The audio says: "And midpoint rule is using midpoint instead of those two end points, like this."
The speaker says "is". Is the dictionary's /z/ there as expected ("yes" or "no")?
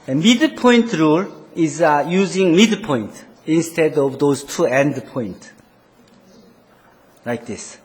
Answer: yes